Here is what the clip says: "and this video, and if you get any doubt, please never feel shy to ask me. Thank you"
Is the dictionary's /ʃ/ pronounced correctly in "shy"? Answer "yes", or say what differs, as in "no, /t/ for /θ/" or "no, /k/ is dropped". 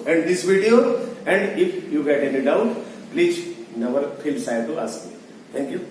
no, /s/ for /ʃ/